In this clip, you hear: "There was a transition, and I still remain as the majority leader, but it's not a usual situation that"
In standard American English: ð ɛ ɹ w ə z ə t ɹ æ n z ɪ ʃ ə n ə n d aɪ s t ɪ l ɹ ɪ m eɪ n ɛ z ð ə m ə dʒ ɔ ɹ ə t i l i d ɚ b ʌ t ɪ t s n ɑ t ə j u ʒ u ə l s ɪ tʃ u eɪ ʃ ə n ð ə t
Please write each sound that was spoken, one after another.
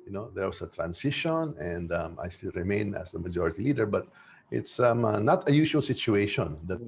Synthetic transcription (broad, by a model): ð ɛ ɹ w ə s ə t ɹ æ n s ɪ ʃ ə n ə n d aɪ s t ɪ l ɹ ɪ m eɪ n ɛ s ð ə m ə dʒ ɔ ɹ ə t i l i d ɚ b ʌ t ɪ t s n ɑ t ə j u ʃ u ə l s ɪ tʃ u eɪ ʃ ə n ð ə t